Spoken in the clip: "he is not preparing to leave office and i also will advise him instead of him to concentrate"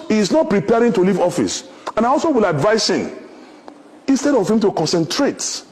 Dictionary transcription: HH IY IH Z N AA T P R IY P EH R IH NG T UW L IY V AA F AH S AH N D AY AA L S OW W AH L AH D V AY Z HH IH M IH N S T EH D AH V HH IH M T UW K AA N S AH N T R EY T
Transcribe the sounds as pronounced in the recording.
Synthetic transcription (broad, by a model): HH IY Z N AA T P R IY P EH R IH NG T UW L IY V AA F AH S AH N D AY AA L S OW W AH L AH D V AY S HH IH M IH N S T EH D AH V HH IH M T UW K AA N S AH N T R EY T